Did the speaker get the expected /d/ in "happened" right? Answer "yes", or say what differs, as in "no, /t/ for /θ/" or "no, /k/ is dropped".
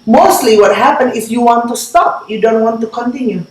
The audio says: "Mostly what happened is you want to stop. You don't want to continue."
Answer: no, /d/ is dropped